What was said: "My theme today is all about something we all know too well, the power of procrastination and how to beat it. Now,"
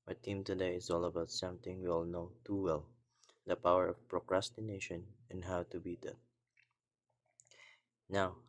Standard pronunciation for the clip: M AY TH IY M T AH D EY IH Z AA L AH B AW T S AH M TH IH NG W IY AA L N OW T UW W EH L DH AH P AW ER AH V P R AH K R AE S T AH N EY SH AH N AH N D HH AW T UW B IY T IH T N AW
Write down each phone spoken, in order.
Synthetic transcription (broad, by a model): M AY T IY M T AH D EY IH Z AA L AH B AW T S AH M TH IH NG W IY AA L N OW T UW W EH L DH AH P AW ER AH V P R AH K R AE S T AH N EY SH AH N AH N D HH AW T UW B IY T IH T N AW